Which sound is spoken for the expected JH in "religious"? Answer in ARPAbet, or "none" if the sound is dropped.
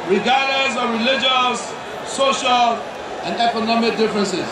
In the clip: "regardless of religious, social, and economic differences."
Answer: JH